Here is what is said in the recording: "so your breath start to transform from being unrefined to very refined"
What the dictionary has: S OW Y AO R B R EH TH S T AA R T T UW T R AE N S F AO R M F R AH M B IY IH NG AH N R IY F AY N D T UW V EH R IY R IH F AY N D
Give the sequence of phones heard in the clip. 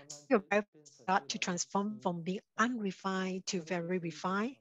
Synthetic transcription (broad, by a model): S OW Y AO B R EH F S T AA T T UW T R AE N S F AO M F R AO M B IY IH NG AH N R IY F AY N T UW V EH R IY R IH F AY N